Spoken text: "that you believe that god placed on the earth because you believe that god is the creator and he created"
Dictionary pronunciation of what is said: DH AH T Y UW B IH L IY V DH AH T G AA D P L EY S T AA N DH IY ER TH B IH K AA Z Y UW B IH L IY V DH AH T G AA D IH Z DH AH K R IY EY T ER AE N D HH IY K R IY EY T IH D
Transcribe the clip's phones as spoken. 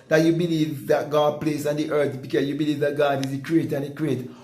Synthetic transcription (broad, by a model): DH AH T Y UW B IH L IY V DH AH T G AA D P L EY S AA N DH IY ER TH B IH K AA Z Y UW B IH L IY V DH AH T G AA D IH Z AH K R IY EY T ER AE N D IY K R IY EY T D